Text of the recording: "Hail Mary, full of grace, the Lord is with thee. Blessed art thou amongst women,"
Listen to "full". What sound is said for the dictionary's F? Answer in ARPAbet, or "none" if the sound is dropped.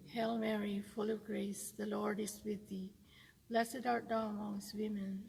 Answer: F